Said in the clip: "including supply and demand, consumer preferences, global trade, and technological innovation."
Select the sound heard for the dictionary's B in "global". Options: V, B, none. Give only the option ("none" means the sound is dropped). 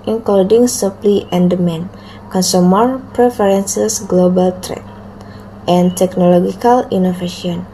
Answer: B